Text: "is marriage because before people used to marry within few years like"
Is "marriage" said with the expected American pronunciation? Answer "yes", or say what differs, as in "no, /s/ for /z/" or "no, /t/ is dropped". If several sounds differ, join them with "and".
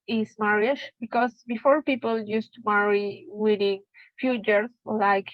no, /ʃ/ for /dʒ/